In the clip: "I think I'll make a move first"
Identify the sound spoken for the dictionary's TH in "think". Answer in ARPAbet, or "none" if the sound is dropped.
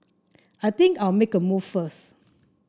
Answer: T